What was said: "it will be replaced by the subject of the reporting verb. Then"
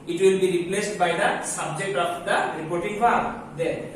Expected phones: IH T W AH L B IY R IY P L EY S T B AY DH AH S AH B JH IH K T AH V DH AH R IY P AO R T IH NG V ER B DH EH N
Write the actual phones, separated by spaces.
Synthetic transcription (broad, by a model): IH T W AH L B IY R IY P L EY S T B AY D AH S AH B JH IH K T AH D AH R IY P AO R T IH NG F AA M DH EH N